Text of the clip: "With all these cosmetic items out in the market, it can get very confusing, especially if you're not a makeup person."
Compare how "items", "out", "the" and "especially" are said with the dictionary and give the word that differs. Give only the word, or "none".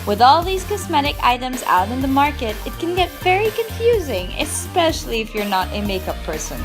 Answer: none